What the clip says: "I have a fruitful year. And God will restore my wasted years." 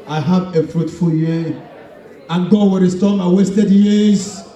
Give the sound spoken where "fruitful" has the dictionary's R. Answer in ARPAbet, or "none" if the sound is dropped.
R